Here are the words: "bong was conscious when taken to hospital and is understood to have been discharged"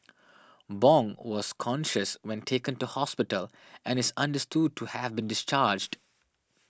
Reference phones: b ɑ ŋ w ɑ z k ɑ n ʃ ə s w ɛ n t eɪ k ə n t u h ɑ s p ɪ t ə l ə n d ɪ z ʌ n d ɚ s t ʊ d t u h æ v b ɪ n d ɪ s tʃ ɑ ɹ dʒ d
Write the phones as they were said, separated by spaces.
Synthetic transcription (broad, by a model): b ɑ ŋ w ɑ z k ɑ n ʃ ə s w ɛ n t eɪ k ə n t u h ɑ s p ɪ t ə l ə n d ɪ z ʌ n d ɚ s t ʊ d t u h æ v b ɪ n d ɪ s tʃ ɑ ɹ dʒ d